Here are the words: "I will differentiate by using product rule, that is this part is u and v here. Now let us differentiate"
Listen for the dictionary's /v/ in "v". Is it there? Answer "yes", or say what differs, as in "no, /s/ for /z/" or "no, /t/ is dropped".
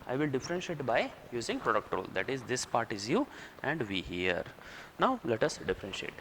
yes